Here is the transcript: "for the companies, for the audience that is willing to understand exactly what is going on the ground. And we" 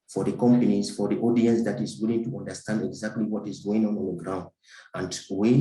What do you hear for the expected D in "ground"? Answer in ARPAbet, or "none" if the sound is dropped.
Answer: D